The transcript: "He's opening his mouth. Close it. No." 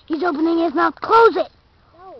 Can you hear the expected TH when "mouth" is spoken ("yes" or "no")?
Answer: no